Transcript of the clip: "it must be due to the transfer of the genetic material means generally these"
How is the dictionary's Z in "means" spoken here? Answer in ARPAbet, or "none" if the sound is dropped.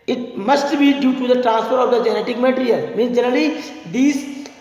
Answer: none